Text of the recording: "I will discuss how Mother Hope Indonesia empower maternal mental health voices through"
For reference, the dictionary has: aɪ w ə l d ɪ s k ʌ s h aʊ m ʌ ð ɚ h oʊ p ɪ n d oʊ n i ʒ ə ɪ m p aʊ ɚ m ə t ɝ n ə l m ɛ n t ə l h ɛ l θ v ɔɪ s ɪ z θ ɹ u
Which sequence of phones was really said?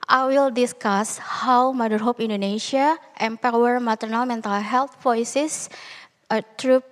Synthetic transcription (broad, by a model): aɪ w ə l d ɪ s k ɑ s h aʊ m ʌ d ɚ h oʊ p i n d oʊ n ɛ s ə ɪ m p aʊ ɚ m ə t ɝ n ə l m ɛ n t ə l h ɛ l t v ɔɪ s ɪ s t ɹ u